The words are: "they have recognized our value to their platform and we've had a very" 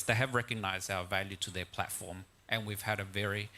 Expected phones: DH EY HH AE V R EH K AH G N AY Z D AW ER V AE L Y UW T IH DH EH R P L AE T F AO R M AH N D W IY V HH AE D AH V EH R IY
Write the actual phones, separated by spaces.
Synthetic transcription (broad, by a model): DH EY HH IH V R EH K AH G N AY Z D AW ER V AE L Y UW T IH DH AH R P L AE T F AO R M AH N W IY V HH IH D AH V EH R IY